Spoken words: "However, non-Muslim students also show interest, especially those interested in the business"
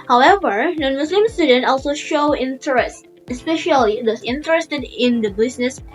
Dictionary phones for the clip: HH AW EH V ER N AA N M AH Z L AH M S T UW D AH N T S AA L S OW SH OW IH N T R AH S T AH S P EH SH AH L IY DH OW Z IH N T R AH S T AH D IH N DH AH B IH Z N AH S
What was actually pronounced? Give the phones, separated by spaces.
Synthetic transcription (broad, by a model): HH AW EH V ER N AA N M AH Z L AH M S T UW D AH N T AA L S OW SH OW IH N T R AH S T AH S P EH SH AH L IY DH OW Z IH N T R AH S T AH D IH N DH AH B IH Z N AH S